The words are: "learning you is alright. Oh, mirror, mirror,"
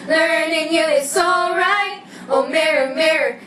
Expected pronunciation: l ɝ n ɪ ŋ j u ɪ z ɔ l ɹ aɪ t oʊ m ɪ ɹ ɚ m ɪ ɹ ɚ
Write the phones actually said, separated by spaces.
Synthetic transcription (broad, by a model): l ɝ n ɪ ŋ j u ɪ s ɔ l ɹ aɪ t oʊ m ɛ ɹ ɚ m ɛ ɹ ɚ